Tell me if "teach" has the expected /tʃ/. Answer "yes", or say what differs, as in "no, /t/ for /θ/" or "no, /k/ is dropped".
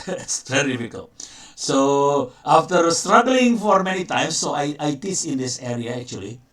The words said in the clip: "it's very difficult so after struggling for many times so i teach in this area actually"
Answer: no, /s/ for /tʃ/